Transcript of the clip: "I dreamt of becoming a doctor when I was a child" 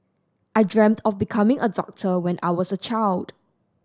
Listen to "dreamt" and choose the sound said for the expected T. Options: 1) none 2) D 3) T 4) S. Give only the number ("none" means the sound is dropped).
3